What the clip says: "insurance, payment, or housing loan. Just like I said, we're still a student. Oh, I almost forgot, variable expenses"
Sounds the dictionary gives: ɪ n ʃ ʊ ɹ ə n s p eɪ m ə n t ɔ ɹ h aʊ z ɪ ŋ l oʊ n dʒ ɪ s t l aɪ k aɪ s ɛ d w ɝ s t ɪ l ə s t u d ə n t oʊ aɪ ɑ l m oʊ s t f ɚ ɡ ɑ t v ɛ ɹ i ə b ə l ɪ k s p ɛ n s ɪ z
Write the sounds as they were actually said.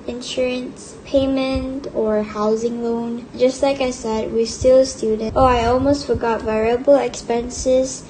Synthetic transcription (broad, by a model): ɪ n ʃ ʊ ɹ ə n s p eɪ m ə n t ɔ ɹ h aʊ z ɪ ŋ l oʊ n dʒ ɪ s t l aɪ k aɪ s ɛ d w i s t ɪ l s t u d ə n t oʊ aɪ ɑ l m oʊ s t f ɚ ɡ ɑ t v ɛ ɹ i ə b ə l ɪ k s p ɛ n s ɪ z